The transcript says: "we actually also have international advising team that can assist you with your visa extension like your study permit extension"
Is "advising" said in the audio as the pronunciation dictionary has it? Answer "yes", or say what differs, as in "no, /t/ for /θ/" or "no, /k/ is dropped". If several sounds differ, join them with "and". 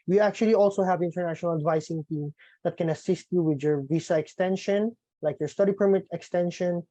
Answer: no, /s/ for /z/